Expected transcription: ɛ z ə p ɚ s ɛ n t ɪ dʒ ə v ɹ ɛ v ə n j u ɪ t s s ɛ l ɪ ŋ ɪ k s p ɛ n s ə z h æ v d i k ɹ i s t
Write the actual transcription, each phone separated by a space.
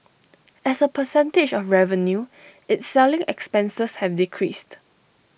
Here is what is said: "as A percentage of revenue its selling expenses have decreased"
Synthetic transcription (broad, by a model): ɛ s ə p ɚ s ɛ n t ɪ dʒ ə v ɹ ɛ v ə n j u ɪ t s s ɛ l ɪ ŋ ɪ k s p ɛ n s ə s h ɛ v d i k ɹ i s t